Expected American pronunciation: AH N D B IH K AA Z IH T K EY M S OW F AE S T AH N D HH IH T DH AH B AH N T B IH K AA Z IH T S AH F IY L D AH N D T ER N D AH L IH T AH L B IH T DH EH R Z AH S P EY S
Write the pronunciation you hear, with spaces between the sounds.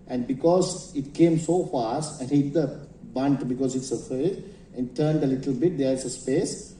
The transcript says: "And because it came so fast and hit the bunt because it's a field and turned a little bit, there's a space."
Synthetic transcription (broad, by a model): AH N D B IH K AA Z IH T K EY M S OW F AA S T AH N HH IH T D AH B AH N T B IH K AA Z IH T S AH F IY D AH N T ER N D AH L IH T AH L B IH T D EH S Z AH S P EY S